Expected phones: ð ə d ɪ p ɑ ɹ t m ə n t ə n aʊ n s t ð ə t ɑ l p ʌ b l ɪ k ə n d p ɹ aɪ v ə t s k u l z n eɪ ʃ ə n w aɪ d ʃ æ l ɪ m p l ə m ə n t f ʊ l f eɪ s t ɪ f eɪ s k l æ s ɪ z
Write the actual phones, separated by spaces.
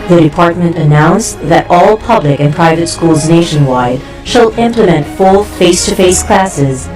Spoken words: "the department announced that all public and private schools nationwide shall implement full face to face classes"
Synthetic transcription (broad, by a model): ð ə d ɪ p ɑ ɹ t m ə n t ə n aʊ n s ð ə t ɑ l p ʌ b l ɪ k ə n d p ɹ aɪ v ə t s k u l z n eɪ ʃ ə n w aɪ d ʃ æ l ɪ m p l ə m ə n t f ʊ l f eɪ s t ɪ f eɪ s k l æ s ɪ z